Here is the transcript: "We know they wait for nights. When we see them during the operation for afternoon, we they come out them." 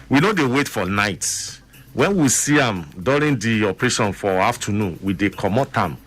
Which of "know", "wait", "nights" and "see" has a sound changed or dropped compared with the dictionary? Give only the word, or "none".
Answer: nights